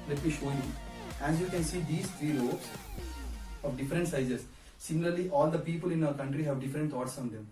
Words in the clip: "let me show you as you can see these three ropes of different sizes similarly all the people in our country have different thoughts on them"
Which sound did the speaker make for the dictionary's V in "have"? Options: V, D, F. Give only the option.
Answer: V